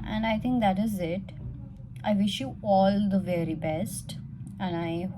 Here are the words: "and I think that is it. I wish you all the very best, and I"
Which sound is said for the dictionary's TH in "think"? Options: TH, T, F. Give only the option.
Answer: T